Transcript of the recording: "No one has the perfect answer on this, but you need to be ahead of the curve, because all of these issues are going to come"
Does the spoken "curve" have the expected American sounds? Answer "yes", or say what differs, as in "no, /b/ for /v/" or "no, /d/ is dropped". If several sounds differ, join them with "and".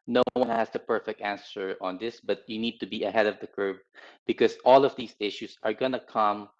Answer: no, /p/ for /v/